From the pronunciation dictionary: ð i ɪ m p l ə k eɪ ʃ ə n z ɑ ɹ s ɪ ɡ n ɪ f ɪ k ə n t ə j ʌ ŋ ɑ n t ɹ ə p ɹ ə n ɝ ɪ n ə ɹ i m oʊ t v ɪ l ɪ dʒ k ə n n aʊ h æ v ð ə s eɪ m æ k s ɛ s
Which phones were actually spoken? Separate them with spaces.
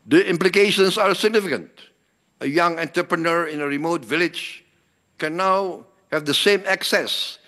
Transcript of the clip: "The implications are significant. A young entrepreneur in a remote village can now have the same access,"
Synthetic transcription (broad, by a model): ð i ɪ m p l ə k eɪ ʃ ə n s ɑ ɹ s ɪ ɡ n ɪ f ɪ k ə n t ə j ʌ ŋ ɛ n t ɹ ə p ɹ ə n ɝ ɪ n ə ɹ i m oʊ t v ɪ l ɪ dʒ k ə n n aʊ h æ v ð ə s eɪ m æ k s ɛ s